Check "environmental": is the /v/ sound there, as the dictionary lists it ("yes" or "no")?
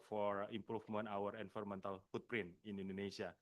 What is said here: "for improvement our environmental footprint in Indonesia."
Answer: no